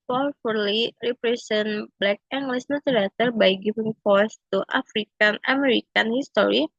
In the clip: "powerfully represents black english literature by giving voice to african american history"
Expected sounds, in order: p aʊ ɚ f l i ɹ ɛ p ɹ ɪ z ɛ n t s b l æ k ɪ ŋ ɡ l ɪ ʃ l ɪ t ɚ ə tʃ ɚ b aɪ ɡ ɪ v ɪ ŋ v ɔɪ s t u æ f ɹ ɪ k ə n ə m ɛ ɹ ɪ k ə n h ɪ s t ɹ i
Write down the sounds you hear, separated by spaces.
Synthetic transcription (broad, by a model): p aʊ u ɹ l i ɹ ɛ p ɹ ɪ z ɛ n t b l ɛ k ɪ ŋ ɡ l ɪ s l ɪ t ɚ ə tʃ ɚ b aɪ ɡ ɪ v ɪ ŋ f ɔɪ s t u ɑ f ɹ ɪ k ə n ə m ɛ ɹ ɪ k ə n h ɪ s t ɹ i